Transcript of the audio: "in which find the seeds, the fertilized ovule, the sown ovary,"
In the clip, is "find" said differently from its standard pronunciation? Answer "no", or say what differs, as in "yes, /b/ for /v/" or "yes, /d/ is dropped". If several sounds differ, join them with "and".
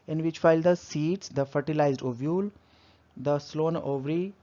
yes, /l/ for /n/